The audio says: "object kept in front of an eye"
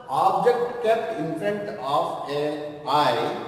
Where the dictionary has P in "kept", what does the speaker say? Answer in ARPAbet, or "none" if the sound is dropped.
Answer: none